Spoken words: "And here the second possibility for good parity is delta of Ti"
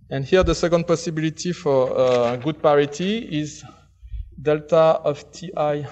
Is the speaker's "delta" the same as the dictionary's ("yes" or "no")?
yes